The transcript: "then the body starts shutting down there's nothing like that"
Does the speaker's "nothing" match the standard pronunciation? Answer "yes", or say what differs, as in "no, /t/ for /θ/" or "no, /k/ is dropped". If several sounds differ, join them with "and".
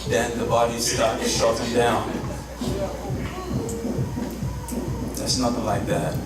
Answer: yes